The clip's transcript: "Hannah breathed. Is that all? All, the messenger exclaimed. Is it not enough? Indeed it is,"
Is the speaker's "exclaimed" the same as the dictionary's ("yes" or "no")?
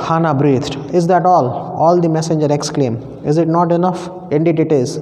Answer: no